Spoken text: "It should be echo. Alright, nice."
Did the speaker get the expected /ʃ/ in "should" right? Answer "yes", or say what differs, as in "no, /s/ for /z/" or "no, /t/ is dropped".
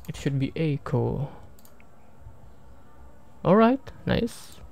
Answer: yes